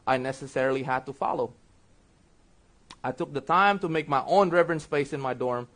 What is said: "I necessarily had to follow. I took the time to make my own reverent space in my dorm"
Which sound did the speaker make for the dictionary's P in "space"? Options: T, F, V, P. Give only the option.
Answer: F